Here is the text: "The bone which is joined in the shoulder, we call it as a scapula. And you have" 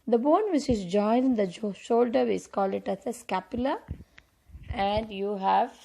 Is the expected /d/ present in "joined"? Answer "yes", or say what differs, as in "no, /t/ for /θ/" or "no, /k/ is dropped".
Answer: no, /d/ is dropped